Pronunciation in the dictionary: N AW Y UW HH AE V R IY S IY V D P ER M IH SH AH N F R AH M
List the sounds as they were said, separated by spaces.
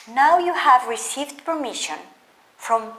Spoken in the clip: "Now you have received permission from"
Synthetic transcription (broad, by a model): N AW Y UW HH AE V R IY S IY V D P ER M IH SH AH N F R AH M